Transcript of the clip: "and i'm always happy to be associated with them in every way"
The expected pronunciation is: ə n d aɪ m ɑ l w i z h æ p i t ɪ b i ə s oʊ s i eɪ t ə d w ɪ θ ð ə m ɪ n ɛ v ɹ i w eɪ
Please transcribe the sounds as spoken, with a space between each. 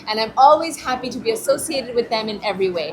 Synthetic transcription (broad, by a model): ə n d aɪ m ɑ l w i z h æ p i t ɪ b i ə s oʊ s i eɪ t ə d w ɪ ð ə m ɪ n ɛ v ɹ i w eɪ